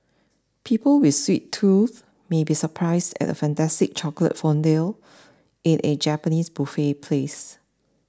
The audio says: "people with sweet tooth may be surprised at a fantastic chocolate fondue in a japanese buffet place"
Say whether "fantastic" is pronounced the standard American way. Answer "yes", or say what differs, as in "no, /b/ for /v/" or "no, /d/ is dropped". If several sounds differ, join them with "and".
yes